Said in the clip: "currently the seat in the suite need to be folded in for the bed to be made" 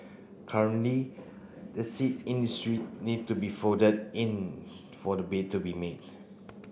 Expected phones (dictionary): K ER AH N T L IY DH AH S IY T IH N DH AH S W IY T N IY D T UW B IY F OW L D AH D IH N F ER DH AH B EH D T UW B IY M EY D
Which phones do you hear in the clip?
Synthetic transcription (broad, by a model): K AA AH N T L IY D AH S IY T IH N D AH S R IY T N IY D T UW B IY F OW D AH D IH N F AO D AH B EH T UW B IY M EY D